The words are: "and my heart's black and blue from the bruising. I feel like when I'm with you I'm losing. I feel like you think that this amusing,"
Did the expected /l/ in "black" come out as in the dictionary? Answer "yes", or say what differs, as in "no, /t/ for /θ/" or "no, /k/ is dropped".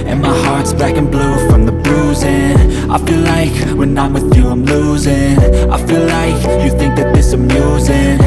no, /l/ is dropped